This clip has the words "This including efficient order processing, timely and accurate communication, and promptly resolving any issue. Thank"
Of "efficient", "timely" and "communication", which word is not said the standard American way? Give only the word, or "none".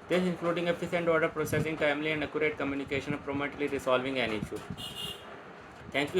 efficient